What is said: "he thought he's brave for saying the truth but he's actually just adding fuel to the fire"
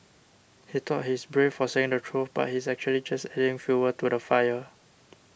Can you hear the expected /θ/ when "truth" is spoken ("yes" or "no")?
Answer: no